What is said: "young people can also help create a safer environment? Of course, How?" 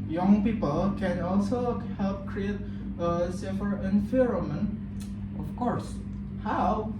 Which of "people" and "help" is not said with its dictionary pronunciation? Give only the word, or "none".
none